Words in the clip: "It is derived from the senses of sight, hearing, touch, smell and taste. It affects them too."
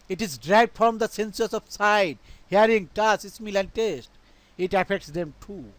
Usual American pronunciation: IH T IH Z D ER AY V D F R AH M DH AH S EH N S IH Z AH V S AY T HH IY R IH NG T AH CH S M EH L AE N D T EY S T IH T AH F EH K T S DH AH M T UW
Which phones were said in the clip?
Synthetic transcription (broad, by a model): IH T IH Z D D AY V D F R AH M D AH S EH N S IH S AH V S AY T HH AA R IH NG T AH S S M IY L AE N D T EY S T IH T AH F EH K T S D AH M T UW